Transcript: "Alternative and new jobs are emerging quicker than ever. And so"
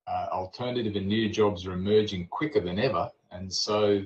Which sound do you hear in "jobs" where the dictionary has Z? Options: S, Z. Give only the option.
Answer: Z